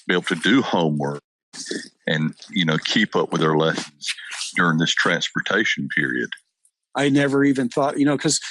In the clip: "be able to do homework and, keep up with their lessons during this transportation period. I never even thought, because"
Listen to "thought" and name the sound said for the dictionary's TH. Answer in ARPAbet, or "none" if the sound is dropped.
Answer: TH